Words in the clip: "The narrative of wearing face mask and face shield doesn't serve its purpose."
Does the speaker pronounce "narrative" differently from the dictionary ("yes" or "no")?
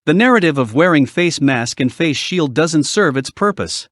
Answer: no